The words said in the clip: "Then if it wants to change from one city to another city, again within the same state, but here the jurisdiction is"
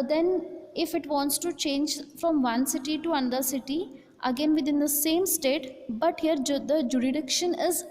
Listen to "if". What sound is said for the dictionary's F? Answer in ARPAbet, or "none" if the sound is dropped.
F